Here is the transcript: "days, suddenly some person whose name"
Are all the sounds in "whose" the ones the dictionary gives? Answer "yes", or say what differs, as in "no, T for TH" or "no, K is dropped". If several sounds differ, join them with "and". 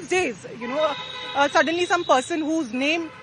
yes